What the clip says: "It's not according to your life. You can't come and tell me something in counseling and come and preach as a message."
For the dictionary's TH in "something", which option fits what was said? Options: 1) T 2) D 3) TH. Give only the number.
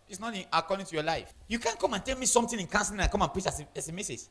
1